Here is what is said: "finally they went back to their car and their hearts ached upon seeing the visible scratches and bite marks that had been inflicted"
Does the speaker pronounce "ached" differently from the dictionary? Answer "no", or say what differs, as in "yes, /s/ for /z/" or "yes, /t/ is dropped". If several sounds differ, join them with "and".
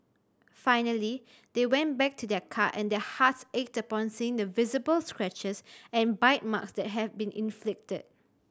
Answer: no